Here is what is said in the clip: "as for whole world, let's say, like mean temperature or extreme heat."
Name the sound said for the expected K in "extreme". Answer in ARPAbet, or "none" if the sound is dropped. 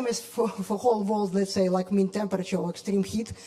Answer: K